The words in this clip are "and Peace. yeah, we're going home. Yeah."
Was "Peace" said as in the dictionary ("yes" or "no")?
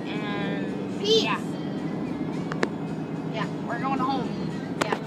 no